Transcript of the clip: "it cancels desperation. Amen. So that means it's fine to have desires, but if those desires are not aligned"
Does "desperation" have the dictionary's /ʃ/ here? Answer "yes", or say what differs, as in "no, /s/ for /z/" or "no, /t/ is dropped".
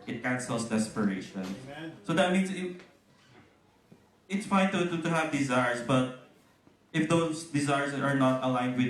no, /ʃ/ is dropped